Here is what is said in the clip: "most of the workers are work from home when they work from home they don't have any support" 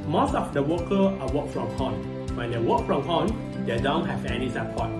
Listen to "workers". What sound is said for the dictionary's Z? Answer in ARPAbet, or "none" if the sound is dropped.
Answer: none